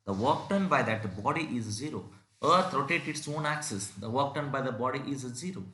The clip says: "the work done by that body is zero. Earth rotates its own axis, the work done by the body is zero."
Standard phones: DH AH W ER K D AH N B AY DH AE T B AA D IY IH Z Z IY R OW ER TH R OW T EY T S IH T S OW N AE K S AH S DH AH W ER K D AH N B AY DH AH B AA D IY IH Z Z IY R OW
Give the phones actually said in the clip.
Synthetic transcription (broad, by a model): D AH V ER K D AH N B AY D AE T B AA D IY IH Z Z IY R OW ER T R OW T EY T IH T S OW N AE K S AH S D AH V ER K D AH N B AY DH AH B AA D IY IH Z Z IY R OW